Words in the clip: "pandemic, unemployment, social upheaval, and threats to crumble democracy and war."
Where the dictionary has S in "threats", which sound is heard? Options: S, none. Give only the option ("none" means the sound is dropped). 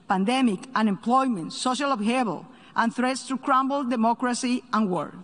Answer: S